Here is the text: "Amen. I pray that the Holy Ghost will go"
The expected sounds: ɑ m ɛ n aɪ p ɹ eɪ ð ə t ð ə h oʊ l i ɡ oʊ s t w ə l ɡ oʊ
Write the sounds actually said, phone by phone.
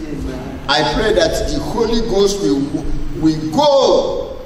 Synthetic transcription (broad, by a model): ɑ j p ɹ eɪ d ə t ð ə h oʊ l i ɡ oʊ s t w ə w ɡ oʊ